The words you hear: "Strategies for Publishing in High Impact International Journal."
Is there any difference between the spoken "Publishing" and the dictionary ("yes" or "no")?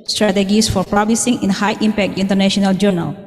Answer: yes